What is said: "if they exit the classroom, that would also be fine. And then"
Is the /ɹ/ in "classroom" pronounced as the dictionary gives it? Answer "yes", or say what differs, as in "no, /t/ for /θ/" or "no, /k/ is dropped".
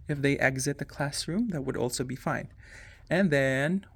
yes